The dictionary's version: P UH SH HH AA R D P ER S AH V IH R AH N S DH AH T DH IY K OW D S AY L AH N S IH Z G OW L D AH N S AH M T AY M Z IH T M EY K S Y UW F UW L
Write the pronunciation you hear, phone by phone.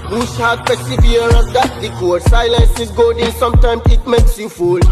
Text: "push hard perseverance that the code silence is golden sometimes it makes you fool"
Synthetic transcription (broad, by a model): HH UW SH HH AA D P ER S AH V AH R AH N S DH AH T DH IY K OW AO S AY L AH N S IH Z G OW D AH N S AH M T AY M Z IH T M EY K S Y UW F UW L